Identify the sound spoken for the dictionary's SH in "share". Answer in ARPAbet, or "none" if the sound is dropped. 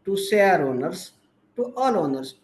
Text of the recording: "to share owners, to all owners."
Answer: S